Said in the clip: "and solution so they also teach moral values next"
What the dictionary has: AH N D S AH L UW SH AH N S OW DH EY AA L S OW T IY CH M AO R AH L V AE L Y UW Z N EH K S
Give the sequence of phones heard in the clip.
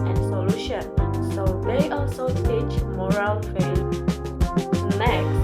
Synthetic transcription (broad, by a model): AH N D S AH L UW SH AH N S OW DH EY AA L S OW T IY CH M AO R AH L F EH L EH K